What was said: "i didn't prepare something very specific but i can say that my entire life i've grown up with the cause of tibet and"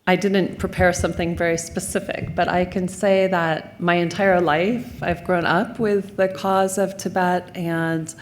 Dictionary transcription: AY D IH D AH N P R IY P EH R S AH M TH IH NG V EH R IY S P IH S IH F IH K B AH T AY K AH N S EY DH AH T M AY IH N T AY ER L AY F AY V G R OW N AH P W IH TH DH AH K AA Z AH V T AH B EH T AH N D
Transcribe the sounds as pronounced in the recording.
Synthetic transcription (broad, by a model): AY D IH D N P R IY P EH R S AH M TH IH NG V EH R IY S P IH S IH F IH K B AH T AY K AH N S EY DH AH T M AY IH N T AY ER L AY F AY V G R OW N AH P W IH DH AH K AA Z AH V T AH B EH T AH N